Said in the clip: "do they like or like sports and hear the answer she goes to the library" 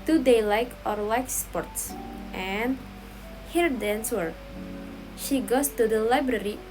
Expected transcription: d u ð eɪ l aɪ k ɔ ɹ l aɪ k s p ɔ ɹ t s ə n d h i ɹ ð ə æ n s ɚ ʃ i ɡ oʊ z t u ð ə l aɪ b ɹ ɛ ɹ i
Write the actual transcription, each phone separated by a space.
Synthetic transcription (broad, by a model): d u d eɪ l aɪ k ɔ ɹ l aɪ k s p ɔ ɹ t s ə n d h i ɹ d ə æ n s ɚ ʃ i ɡ oʊ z t u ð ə l aɪ b ɹ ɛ ɹ i